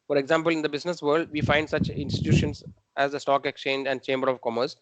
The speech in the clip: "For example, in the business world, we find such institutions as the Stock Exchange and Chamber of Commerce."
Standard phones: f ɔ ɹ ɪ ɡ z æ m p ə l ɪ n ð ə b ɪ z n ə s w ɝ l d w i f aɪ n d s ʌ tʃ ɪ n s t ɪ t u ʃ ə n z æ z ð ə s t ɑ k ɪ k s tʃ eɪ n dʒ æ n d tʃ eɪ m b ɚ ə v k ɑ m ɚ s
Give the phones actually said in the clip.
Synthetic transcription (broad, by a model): f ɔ ɹ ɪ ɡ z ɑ m p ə l ɪ n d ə b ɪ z n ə s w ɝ l d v i f aɪ n d s ʌ tʃ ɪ n s t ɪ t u ʃ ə n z æ z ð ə s t ɑ k ɪ k s tʃ eɪ n dʒ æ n d tʃ eɪ m b ɚ ə v k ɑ m ɚ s